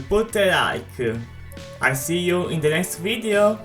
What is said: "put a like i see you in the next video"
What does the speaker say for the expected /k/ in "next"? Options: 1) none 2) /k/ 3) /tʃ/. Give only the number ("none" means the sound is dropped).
2